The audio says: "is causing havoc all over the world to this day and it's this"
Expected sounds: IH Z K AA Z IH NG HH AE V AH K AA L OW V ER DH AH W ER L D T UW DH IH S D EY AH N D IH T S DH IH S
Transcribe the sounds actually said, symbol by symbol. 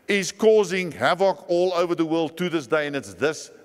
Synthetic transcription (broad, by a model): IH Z K AA Z IH NG HH AE V AH K AA L OW V ER DH AH W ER L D T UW DH IH S D EY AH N IH T S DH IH S